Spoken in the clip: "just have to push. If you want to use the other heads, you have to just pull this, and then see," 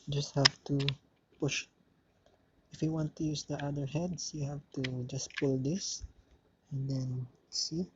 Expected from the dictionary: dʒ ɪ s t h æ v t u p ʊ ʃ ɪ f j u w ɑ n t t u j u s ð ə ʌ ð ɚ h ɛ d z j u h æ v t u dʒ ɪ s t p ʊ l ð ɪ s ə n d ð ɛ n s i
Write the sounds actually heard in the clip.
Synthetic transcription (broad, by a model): dʒ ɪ s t h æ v t u p ʊ ʃ ɪ f j u w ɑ n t t u j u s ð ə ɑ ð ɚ h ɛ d s j u h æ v t u dʒ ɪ s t p ʊ l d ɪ s ə n d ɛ n s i